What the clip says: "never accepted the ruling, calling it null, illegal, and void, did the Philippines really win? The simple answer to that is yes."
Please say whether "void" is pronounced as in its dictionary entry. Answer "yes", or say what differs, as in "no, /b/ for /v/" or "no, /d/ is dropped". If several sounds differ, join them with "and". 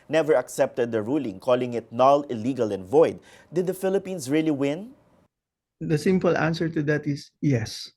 yes